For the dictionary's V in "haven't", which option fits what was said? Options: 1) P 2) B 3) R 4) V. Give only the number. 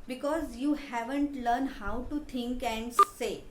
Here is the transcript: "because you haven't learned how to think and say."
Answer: 4